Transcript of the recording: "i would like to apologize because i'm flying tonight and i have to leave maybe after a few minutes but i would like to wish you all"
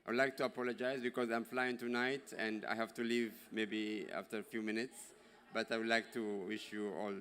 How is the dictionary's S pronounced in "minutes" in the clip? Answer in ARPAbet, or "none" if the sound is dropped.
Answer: S